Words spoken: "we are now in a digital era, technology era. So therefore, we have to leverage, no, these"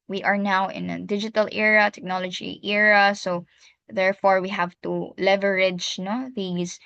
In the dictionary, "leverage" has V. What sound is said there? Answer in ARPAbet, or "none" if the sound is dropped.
V